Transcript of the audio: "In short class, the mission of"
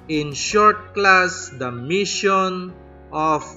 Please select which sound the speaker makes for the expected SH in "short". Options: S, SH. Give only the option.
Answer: SH